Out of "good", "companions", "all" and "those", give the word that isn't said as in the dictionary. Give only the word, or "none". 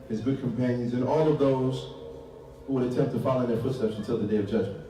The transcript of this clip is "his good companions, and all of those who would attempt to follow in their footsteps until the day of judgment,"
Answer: none